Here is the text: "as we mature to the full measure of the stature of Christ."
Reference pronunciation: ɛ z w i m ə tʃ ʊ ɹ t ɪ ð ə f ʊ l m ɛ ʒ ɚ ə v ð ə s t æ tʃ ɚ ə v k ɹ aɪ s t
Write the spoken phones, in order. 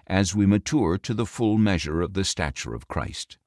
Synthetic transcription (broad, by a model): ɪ z w i m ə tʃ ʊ ɹ t ɪ ð ə f ʊ l m ɛ ʒ ɚ ə v ð ə s t æ tʃ ɚ ə v k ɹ aɪ s t